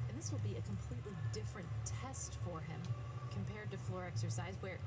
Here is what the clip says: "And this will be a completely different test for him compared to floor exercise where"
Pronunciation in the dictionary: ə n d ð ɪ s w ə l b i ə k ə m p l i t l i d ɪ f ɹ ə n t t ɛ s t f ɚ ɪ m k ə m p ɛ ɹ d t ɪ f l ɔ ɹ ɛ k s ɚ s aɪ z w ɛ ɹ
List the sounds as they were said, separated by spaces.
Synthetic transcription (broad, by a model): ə n ð ɪ s w ə l b i ə k ə m p l i t l i d ɪ f ɹ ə n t t ɛ s t f ɚ ɪ m k ə m p ɛ ɹ d t ɪ f l ɔ ɹ ɛ k s ɚ s aɪ z w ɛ ɹ